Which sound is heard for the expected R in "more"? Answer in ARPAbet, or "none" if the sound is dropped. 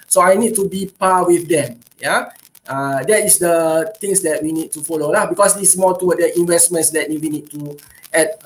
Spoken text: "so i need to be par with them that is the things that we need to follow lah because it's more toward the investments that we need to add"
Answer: L